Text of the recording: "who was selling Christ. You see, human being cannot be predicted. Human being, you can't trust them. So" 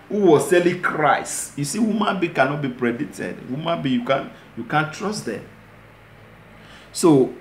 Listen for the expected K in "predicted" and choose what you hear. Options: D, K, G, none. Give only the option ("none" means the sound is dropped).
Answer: none